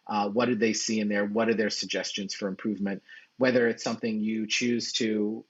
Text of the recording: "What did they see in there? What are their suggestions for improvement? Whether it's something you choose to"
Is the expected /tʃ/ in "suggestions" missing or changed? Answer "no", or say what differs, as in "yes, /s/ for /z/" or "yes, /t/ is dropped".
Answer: no